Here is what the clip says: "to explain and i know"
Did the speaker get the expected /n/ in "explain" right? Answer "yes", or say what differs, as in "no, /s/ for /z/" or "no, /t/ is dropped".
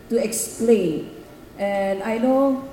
yes